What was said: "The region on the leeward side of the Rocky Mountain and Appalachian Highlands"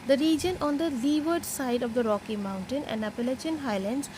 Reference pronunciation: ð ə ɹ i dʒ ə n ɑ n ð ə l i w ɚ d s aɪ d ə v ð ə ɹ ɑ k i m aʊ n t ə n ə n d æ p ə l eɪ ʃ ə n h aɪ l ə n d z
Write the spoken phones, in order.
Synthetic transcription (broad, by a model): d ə ɹ i dʒ ə n ɑ n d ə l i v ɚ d s aɪ d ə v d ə ɹ ɑ k i m aʊ n t ə n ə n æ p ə l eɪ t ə n h aɪ l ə n d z